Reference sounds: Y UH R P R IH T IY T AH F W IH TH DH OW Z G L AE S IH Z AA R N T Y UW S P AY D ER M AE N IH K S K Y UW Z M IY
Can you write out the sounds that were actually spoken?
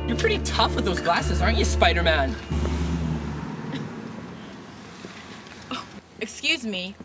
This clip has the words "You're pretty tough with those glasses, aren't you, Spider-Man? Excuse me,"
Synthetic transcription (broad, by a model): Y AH R P R IH T IY T AH F W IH DH OW Z G L AE S IH Z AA R N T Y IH S P AY D ER M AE N IH K S K Y UW Z M IY